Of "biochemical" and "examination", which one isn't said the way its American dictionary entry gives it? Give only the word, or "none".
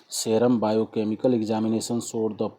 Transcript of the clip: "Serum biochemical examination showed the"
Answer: examination